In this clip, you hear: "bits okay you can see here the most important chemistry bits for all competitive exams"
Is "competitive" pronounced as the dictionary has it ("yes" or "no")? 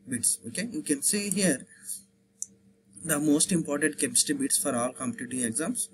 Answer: no